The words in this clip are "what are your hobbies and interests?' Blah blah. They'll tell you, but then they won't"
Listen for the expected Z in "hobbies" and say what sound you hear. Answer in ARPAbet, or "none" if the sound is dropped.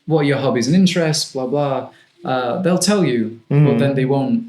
Z